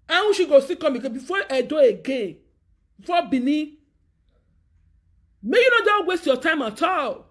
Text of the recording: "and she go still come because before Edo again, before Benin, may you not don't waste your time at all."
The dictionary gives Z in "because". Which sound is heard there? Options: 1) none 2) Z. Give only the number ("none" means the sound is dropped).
1